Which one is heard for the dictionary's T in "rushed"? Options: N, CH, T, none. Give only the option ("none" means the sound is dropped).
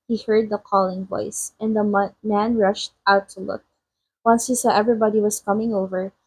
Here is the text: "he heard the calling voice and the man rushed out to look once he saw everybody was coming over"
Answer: T